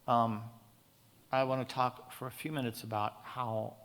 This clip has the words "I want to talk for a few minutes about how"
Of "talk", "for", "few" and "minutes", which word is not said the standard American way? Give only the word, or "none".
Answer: none